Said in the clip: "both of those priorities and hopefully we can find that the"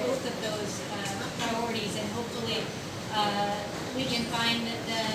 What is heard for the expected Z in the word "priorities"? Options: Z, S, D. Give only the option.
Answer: Z